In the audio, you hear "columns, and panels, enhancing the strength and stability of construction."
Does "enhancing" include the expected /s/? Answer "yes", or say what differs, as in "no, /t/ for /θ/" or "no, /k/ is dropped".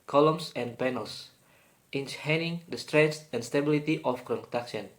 no, /s/ is dropped